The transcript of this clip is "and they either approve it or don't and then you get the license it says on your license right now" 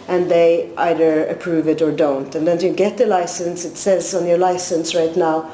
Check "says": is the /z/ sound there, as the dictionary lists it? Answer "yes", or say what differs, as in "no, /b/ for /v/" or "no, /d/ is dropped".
yes